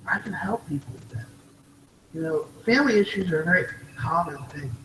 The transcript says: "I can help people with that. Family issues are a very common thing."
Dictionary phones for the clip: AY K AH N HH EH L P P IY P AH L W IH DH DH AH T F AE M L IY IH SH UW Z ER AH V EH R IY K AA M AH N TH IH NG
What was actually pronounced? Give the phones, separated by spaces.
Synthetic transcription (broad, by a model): AY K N HH EH L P P IY P L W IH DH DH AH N F AE M L IY IH SH UW Z ER AH V EH R IY K AA M AH N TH IH NG